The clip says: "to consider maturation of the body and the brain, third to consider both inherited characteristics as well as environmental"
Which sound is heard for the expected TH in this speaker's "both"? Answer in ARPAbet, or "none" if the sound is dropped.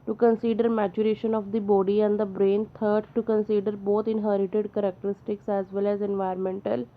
T